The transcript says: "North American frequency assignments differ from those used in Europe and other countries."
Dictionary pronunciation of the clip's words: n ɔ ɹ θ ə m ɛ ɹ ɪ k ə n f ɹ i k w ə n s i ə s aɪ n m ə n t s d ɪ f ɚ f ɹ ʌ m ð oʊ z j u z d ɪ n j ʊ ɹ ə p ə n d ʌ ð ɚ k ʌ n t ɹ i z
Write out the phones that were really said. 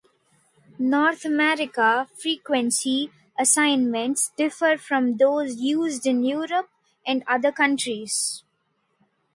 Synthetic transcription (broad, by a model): n ɔ ɹ t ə m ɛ ɹ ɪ k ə f ɹ i k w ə n s i ə s aɪ n m ə n t s d ɪ f ɚ f ɹ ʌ m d oʊ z j u z d ɪ n j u ɹ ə p ə n d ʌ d ɚ k ʌ n t ɹ i z